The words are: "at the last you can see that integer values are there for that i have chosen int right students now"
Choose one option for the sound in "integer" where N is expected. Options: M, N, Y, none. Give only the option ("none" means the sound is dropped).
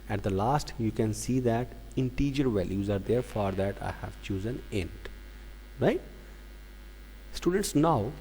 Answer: N